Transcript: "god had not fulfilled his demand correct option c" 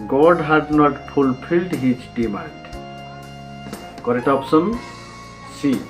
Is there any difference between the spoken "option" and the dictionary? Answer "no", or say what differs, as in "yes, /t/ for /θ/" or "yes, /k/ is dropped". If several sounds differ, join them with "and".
yes, /s/ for /ʃ/